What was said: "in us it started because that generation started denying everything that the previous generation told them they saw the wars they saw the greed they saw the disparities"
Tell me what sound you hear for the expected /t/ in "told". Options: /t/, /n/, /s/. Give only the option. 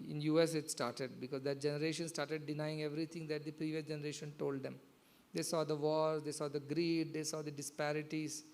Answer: /t/